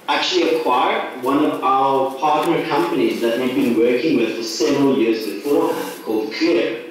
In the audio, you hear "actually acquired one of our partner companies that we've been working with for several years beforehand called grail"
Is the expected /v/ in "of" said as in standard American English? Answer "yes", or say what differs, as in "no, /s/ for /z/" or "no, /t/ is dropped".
yes